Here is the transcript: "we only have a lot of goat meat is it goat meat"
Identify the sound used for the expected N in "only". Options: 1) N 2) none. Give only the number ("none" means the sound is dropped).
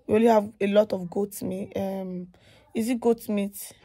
2